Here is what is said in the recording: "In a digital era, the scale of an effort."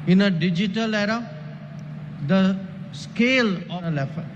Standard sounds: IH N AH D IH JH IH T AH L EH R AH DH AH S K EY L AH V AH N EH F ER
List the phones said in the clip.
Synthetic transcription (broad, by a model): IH N AH D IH JH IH T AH L EH R AH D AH S K EY L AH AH L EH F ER